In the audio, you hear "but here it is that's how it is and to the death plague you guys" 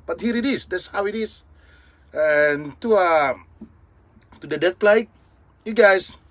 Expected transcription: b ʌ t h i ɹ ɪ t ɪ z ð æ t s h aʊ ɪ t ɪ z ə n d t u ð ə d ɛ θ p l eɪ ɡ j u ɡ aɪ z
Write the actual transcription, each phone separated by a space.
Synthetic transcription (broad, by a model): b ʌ t h i ɹ ɪ t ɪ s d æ t s h aʊ ɪ t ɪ s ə n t t u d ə d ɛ t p l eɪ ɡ j u ɡ aɪ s